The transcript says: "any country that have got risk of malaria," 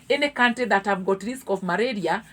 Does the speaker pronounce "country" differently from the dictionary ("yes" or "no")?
yes